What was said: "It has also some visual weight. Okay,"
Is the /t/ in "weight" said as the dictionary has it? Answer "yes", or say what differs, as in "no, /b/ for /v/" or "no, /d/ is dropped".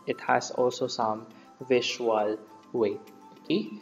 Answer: no, /t/ is dropped